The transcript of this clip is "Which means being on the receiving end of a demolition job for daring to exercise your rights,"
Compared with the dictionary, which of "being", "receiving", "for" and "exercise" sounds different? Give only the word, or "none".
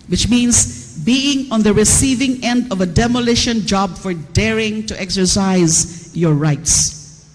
none